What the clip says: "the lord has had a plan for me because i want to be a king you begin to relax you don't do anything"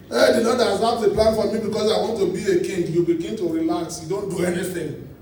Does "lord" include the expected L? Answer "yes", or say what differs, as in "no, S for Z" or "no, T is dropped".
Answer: no, N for L